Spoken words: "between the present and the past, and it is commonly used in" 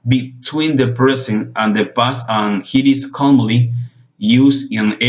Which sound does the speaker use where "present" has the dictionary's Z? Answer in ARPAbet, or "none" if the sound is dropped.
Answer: S